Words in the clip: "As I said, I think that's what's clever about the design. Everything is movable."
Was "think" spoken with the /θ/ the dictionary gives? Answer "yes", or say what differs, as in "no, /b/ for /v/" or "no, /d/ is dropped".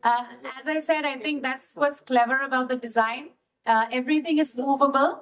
no, /t/ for /θ/